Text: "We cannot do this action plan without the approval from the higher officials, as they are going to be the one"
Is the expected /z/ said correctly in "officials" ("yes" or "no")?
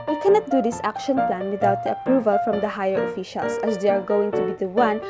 no